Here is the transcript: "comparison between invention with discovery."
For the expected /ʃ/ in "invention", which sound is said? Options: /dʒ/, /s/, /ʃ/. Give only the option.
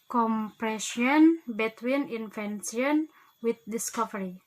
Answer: /s/